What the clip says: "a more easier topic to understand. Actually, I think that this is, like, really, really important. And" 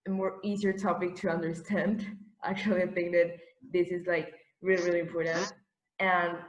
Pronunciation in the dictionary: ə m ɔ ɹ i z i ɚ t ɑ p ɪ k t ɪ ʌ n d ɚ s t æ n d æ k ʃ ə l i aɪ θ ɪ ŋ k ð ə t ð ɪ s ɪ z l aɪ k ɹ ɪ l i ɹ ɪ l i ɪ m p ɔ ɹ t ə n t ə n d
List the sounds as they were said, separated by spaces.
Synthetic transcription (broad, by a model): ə m ɔ ɹ i z i ɚ t ɑ p ɪ k t ɪ ʌ n d ɚ s t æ n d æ k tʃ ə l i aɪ θ ɪ ŋ k ð ə t ð ɪ s ɪ z l aɪ k ɹ ɪ l i ɹ ɪ l i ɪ m p ɔ ɹ t n t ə n